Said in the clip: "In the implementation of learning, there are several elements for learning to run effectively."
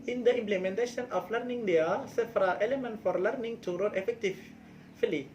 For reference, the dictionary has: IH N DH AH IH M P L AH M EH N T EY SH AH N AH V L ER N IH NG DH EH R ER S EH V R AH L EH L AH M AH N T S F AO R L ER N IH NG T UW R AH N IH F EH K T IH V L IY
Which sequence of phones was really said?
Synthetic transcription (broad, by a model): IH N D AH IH M P L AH M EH N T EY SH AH N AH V L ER N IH NG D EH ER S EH F R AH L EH L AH M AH N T F AO R L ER N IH NG T UW R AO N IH F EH K T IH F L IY